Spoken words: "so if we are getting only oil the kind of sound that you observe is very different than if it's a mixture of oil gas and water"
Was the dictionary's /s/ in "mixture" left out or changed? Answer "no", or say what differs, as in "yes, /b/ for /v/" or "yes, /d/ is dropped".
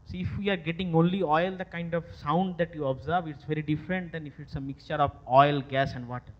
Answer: no